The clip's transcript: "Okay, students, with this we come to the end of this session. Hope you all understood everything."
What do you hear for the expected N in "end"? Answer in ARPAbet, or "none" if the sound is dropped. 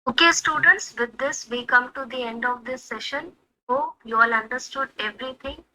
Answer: N